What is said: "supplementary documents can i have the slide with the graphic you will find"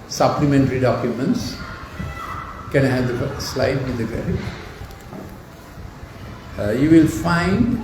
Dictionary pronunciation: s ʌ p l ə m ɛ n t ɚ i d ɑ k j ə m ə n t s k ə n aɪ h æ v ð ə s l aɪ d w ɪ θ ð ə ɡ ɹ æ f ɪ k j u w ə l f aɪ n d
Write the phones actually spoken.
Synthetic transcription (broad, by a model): s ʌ p l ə m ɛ n t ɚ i d ɑ k j ə m ə n t s k ə n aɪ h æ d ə s l aɪ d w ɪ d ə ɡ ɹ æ ɪ j u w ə l f aɪ n d